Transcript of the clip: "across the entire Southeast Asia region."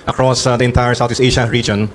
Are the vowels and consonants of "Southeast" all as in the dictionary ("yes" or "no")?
no